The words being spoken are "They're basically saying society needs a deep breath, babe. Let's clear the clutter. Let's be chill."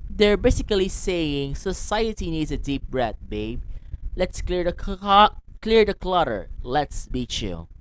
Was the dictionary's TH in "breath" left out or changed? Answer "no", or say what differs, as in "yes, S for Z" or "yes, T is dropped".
yes, T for TH